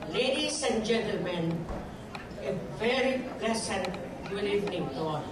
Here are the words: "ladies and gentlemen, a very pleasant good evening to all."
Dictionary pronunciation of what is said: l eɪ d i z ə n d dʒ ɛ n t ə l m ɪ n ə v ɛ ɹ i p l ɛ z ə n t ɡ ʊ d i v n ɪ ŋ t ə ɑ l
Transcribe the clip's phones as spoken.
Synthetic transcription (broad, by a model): l eɪ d i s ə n dʒ ɛ n t ə l m ɪ n ə v ɛ ɹ i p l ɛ s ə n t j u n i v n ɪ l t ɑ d